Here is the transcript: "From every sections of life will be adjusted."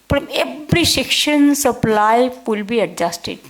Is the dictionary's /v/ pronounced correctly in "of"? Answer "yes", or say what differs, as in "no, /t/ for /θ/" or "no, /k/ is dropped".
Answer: no, /p/ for /v/